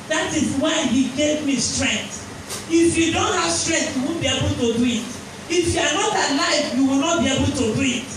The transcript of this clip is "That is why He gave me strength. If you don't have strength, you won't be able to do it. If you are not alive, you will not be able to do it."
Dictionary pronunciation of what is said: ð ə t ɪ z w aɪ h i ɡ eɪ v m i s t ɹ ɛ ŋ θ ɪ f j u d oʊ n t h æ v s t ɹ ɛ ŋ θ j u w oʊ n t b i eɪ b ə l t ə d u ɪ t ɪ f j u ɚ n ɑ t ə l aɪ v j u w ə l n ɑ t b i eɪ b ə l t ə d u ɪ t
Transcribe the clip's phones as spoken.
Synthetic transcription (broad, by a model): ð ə t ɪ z w aɪ h i ɡ eɪ v m i s t ɹ ɛ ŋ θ ɪ f j u d oʊ n t h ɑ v s t ɹ ɛ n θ j u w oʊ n b i eɪ b ə l t ə d u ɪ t ɪ f j u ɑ n ɑ t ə l aɪ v j u w ə l n ɑ t b i eɪ b ə l t ə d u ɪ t